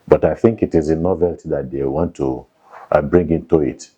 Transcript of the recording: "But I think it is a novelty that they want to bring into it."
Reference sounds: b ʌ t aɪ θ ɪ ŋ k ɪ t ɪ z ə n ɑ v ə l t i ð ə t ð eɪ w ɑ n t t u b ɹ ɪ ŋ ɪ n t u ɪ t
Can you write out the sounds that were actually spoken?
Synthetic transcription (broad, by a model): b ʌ t aɪ θ ɪ ŋ k ɪ t ɪ z ə n ɑ v ə l t i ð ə t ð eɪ w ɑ n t t u b ɹ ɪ ŋ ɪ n t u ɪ t